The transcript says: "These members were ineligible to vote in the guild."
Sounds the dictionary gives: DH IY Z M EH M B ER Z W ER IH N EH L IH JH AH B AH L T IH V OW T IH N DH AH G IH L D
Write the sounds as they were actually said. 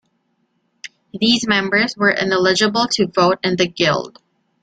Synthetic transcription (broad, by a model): DH IY Z M EH M B ER Z W ER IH N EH L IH JH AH B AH L T IH V OW T IH N DH AH G IH L D